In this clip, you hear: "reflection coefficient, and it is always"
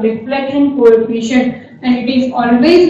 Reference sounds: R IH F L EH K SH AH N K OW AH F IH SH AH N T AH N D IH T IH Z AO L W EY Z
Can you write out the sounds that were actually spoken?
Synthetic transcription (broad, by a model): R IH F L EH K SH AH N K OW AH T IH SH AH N AH N D IH T IH Z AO L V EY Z